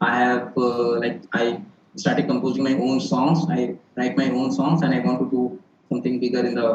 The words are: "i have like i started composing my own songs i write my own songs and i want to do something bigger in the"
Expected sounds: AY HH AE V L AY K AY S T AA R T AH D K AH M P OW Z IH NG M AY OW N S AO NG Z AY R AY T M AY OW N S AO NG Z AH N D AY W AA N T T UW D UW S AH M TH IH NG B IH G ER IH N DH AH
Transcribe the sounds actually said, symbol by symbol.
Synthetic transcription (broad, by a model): AY HH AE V L AY K AY S T AA R T AH D K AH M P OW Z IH NG M AY OW N S AO NG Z AY L AY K M AY OW N S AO NG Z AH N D AY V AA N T T UW D UW S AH M T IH NG B IH G ER IH N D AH